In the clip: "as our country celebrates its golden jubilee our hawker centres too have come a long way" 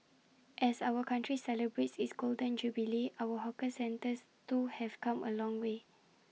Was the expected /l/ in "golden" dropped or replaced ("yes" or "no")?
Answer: no